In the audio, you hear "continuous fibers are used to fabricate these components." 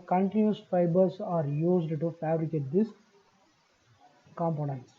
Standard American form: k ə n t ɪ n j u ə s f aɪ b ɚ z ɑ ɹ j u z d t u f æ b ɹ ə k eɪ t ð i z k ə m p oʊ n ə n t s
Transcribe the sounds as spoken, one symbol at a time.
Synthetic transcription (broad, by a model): k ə n t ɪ n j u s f aɪ b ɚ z ɑ ɹ j u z d t u f æ b ɹ ə k eɪ t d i s k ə m p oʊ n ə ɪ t s